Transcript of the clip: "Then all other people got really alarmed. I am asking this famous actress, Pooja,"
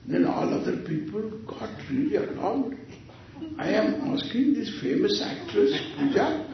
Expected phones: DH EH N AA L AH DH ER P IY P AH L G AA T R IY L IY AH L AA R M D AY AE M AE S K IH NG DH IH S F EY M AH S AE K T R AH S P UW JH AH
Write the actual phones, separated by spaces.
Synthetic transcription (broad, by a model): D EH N AA L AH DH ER P IY P AH L G AA T R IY L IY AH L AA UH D AY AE M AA S K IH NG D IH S F EY M AH S AE K T R AH S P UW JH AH